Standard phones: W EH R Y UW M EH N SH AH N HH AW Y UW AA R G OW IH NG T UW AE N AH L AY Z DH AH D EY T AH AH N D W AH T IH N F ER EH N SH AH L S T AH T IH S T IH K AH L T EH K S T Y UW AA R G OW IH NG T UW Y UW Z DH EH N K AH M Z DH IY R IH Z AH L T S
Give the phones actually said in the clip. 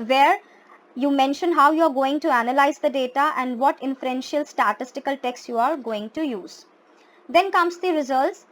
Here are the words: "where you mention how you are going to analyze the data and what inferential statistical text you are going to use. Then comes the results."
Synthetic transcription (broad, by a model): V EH R Y UW M EH N SH AH N HH AW Y UW AA R G OW IH NG T UW AE N AH L AY Z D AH D EY T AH AH N D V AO T IH N F ER EH N SH AH L S T AH T IH S T IH K AH L T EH K S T Y UW AA R G OW IH NG T UW Y UW Z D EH N K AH M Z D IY R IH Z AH L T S